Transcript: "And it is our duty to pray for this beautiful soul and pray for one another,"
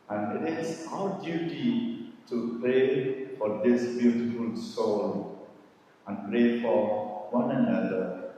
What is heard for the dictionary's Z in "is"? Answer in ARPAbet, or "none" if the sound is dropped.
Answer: S